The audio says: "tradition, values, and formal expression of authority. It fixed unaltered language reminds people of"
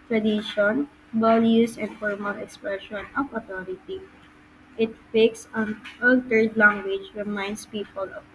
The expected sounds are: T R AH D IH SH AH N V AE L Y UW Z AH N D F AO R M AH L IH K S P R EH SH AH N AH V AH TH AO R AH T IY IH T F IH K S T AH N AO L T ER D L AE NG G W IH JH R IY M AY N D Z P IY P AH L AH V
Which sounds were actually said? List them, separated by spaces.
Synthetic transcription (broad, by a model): T R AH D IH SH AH N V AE L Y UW S AH N D F AO R M AH L IH K S P R EH SH AH N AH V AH T AO R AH T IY IH T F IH K S AH N AO L T ER D L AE NG G W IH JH R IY M AY N D S P IY P AH L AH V